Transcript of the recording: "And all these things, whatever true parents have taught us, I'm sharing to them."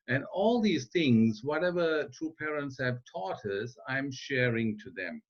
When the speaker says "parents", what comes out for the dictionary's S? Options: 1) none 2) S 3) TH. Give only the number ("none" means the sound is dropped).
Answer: 2